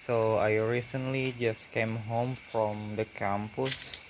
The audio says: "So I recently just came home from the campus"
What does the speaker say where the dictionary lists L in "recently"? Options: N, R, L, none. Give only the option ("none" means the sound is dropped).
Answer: L